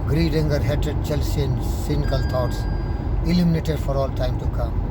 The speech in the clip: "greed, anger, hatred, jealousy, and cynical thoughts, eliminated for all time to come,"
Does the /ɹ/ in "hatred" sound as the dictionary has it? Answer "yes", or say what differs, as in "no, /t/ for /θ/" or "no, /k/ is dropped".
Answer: no, /ɹ/ is dropped